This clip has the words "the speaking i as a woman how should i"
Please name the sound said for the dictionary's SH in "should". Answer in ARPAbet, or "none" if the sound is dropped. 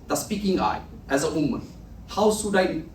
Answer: S